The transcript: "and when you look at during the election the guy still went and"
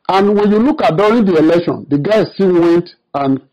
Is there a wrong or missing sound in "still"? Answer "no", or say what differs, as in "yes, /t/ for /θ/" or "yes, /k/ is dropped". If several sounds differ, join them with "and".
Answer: yes, /n/ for /l/